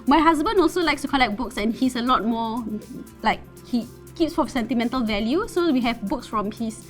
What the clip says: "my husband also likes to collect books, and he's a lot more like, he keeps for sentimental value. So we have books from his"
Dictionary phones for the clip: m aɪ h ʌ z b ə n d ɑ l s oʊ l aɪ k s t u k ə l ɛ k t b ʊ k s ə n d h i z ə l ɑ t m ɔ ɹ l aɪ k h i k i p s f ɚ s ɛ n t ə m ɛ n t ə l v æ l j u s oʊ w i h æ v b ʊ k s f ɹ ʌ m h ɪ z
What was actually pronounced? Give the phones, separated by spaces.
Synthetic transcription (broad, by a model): m aɪ h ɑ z b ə n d ɑ l s oʊ l aɪ k s t u k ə l ɛ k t b ʊ k s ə n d h i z ə l ɑ t m ɔ l aɪ k h i k i p s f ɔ s ɛ n t ə m ɛ n t ə l v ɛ l j u s oʊ w i h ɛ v b ʊ k s f ɹ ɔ m h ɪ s